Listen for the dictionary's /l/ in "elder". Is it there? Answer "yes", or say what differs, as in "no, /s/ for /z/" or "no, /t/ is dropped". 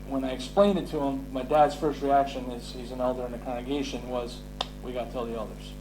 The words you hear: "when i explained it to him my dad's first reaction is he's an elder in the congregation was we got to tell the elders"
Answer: yes